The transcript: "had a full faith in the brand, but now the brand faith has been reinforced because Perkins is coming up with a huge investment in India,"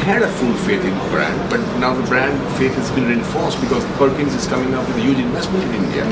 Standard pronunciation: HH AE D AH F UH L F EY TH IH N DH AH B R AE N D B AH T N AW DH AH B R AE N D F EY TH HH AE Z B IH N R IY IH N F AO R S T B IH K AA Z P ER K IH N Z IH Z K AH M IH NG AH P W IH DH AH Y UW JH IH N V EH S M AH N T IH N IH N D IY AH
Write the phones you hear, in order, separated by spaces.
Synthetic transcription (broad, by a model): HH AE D AH F UH L F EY T IH N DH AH B R AE N D B AH T N AW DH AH B R AE N D F EY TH HH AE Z B IH N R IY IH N F AO R S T B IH K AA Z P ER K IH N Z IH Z K AH M IH NG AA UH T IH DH AH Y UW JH IH N V EH S M AH N T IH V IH N D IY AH